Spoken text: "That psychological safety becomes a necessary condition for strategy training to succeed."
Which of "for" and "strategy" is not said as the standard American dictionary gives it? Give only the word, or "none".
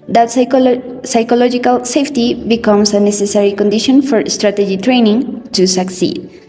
none